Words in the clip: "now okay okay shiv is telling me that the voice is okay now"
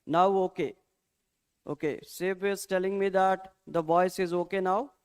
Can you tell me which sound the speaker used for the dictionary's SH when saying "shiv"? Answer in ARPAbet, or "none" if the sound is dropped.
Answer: S